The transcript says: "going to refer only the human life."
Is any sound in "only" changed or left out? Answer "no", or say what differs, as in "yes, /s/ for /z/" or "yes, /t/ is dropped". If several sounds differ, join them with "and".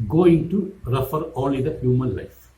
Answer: yes, /n/ is dropped